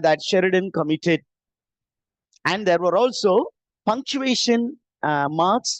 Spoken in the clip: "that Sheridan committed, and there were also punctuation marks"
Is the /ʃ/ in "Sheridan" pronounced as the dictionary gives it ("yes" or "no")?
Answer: yes